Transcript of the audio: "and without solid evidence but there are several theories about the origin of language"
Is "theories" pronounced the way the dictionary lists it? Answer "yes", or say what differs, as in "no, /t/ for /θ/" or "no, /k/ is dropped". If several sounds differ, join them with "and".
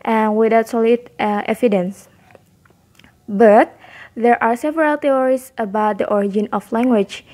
no, /t/ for /θ/